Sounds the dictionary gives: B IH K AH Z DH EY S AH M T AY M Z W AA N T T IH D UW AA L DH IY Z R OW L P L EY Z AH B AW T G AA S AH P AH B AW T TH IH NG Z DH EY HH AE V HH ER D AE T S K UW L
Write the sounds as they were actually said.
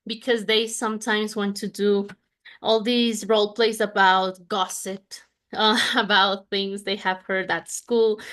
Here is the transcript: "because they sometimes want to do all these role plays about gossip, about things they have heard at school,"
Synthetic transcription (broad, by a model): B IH K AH Z DH EY S AH M T AY M Z W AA N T T IH D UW AA L DH IY Z R OW L P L EY S AH B AW T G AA S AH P AH B AW T TH IH NG Z DH EY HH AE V HH ER D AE T S K UW L